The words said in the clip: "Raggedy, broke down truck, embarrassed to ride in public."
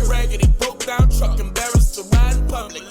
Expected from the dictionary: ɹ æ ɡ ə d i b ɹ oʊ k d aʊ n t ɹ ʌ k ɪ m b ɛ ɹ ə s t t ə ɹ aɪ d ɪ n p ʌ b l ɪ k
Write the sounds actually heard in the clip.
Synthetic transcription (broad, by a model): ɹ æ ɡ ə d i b oʊ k d aʊ n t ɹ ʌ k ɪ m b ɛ ɹ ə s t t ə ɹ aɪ ɪ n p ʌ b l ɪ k